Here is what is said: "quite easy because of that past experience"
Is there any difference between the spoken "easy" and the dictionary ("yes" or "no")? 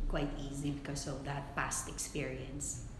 no